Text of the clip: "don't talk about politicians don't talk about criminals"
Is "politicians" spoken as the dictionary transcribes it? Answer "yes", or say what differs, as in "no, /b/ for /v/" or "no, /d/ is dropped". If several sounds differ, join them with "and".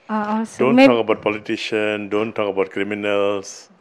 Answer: no, /z/ is dropped